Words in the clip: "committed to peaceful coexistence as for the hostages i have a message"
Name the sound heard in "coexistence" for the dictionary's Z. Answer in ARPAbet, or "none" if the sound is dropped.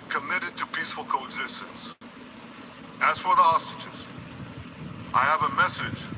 Z